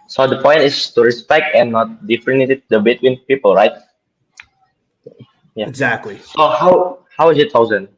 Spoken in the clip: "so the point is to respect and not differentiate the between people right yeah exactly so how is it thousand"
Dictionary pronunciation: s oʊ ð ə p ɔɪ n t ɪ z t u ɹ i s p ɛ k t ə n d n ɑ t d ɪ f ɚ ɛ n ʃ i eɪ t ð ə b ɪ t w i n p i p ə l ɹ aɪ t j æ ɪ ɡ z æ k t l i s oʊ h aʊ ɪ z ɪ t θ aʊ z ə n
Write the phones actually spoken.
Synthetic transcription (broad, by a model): s oʊ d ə p ɔɪ n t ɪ s t u ɹ i s p ɛ k t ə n n ɑ t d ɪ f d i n i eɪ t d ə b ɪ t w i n p i p ə l ɹ aɪ t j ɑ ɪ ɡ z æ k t l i s oʊ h aʊ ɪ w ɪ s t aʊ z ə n